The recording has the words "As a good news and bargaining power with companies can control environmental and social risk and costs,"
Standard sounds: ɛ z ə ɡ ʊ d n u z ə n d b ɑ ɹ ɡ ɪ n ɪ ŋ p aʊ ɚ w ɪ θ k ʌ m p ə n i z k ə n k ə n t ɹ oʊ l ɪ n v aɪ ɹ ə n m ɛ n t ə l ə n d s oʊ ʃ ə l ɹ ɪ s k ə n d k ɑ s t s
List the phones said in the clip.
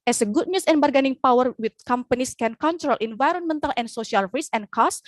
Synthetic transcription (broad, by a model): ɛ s ə ɡ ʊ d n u s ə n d b ɑ ɹ ɡ ɪ n ɪ ŋ p aʊ ɚ w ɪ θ k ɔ m p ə n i s k ə n k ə n t ɹ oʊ l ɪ n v aɪ ɹ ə n m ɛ n t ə l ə n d s oʊ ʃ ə l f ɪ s ə n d k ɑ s s